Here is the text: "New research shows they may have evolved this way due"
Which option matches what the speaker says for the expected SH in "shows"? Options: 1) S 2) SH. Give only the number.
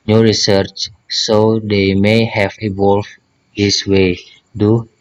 1